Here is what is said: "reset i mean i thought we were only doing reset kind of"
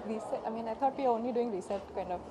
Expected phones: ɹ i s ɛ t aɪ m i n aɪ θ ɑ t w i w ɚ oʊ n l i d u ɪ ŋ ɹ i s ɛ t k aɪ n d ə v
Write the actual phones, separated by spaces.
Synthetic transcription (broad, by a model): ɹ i s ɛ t aɪ m i n aɪ t ɑ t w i oʊ n l i d u ɪ ŋ ɹ i s ɛ t k aɪ n d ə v